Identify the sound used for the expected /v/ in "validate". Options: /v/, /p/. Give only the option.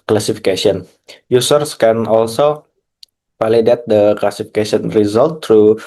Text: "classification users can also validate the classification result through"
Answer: /p/